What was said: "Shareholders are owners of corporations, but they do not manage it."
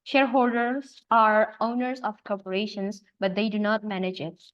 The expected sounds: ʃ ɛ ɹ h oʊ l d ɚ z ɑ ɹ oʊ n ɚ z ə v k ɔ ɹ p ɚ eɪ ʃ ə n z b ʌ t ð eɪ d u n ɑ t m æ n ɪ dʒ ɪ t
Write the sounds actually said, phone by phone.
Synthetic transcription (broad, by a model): ʃ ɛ ɹ h oʊ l d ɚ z ɑ ɹ oʊ n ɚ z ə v k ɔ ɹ p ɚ eɪ ʃ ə n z b ʌ t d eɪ d u n ɑ t m æ n ɪ dʒ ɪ t